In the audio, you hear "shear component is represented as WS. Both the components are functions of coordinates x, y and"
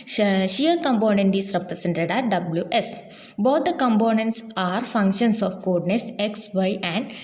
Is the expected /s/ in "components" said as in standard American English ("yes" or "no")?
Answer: yes